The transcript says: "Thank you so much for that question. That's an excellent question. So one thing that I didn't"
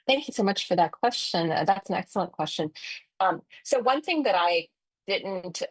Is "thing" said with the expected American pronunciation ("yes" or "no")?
yes